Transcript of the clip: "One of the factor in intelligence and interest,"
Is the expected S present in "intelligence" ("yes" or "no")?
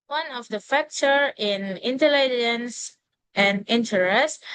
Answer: yes